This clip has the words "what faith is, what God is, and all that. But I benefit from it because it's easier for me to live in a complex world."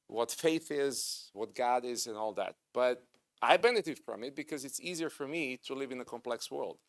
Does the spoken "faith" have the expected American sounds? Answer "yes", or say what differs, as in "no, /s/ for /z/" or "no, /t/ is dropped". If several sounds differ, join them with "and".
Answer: yes